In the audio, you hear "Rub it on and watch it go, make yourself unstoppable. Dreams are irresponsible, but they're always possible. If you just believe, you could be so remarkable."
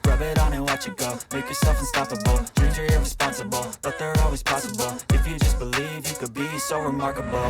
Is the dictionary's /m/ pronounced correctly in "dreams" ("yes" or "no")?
no